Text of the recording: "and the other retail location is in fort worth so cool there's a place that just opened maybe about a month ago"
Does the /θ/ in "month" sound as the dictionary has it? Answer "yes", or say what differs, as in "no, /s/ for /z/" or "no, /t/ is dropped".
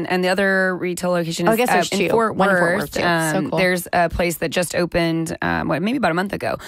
yes